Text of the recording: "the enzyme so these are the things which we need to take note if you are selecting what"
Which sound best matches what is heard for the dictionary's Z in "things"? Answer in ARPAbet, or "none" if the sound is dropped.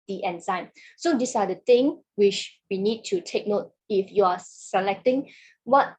none